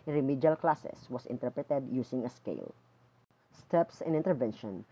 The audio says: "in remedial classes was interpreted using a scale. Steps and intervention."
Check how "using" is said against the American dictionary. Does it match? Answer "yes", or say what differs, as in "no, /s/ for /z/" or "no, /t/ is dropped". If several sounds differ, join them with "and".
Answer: no, /s/ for /z/